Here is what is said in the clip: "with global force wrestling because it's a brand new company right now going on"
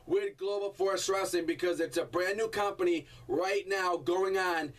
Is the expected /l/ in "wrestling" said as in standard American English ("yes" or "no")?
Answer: no